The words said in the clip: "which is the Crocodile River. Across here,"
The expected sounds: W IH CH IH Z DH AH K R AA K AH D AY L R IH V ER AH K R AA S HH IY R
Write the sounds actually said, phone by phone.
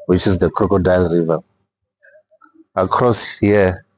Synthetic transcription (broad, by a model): W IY CH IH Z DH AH K R AA K AH D AY L R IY V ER AH K R AA S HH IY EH